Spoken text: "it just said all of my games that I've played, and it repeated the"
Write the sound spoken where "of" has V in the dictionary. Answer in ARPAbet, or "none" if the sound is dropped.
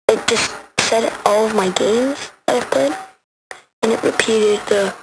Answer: V